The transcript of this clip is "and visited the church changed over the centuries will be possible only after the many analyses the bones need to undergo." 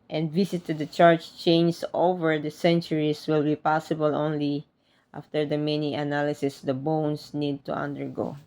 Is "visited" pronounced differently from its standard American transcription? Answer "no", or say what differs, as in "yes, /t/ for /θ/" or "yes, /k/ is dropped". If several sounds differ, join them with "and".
yes, /s/ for /z/